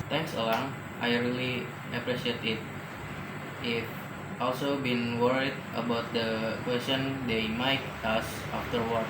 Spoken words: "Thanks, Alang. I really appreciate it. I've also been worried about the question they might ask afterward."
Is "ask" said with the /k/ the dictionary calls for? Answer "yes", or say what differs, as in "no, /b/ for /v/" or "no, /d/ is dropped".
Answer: no, /k/ is dropped